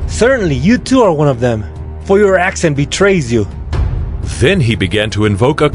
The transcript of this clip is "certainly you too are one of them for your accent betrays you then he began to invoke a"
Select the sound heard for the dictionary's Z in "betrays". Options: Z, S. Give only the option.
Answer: Z